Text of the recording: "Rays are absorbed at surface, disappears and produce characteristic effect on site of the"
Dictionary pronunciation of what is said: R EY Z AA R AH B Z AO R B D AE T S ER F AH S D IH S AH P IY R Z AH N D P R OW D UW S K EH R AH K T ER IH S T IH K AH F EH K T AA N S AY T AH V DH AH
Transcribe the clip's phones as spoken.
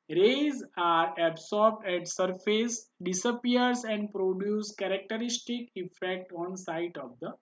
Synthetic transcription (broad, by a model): R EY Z AA R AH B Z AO R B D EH T S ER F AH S D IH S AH P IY R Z AH N D P R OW D UW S K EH R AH K T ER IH S T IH K AH F EH K T AA N S AY T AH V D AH